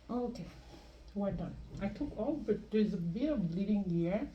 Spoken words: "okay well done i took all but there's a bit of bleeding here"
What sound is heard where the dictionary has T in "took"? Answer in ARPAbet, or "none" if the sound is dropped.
T